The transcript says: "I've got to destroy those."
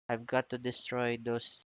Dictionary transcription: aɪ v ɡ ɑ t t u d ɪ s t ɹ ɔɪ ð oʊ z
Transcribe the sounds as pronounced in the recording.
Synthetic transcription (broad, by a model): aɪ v ɡ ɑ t t u d ɪ s t ɹ ɔɪ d oʊ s